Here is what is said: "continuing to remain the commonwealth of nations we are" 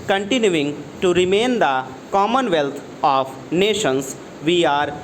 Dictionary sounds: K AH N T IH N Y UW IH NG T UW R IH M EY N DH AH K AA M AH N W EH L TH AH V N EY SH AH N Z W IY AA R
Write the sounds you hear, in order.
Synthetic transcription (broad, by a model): K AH N T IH N Y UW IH NG T UW R IH M EY N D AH K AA M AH N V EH L T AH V N EY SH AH N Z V IY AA R